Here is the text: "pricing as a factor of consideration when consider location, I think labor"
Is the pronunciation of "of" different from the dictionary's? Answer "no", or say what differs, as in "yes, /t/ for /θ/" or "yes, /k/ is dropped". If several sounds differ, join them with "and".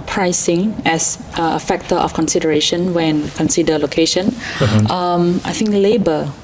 yes, /f/ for /v/